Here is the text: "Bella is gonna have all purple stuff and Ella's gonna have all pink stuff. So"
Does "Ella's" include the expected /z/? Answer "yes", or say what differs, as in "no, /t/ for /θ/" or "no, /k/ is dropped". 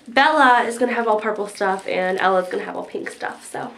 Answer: yes